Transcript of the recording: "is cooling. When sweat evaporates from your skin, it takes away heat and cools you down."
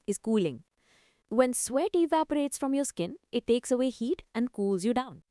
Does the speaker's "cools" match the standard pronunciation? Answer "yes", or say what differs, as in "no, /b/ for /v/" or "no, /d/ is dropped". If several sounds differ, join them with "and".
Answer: yes